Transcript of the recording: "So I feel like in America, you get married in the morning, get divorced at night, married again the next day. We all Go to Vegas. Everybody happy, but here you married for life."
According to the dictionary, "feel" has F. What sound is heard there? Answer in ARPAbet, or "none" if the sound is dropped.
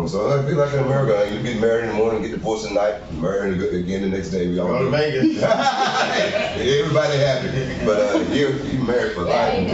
P